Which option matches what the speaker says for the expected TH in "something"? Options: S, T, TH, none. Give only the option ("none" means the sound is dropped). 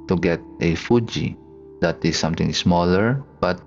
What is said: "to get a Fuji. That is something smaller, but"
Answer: T